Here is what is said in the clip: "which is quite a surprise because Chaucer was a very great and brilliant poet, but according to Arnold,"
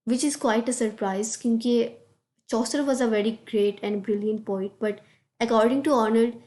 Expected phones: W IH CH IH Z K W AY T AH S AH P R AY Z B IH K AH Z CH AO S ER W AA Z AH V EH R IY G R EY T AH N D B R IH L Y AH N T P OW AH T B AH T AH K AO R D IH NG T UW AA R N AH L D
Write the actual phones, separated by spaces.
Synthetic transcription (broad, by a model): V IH CH IH Z K W AY T AH S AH P R AY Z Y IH K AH CH AO S ER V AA Z AH V EH R IY G R EY T AH N D B R IH L Y AH N T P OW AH T B AH T AH K AO R D IH NG T UW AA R N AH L D